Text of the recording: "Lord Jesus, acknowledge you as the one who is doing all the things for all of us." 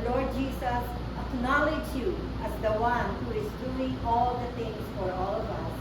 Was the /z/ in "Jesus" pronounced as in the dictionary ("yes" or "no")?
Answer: no